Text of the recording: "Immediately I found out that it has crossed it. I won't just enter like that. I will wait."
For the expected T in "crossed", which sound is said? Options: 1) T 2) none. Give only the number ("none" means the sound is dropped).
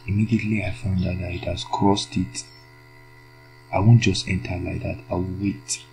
1